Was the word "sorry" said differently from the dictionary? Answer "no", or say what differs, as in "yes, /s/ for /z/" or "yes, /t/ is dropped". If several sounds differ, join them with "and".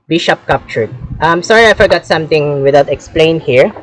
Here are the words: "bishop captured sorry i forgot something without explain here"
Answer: no